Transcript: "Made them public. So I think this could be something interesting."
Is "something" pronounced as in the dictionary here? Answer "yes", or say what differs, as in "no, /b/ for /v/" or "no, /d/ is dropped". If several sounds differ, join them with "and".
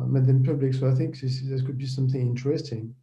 yes